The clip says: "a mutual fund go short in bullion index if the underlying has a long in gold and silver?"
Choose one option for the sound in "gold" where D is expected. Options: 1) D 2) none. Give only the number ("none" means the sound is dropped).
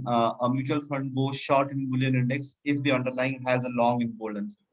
2